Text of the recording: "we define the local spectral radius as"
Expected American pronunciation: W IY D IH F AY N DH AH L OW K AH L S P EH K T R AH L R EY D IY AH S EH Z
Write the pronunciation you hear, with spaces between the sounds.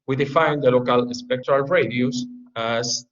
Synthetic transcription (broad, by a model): W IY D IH F AY N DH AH L OW K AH L S P EH K T R AH L R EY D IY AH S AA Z